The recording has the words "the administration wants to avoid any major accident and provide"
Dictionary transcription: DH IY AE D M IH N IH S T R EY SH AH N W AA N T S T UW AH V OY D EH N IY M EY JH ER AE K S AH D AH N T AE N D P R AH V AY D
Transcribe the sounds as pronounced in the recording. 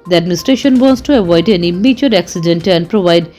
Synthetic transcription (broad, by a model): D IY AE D M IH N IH S T R EY SH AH N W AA N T S T UW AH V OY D EH N IY M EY CH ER AE K S AH D AH N T AE N D P R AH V AY D